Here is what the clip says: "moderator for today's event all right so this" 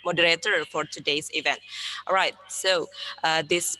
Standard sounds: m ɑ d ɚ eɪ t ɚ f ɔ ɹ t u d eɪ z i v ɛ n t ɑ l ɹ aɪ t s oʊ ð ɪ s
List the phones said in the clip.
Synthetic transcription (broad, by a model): m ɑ d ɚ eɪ t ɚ f ɔ ɹ t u d eɪ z i v ɛ n t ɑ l ɹ aɪ t s oʊ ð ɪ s